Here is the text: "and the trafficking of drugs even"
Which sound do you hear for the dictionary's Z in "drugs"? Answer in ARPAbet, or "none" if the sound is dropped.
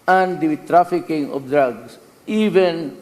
S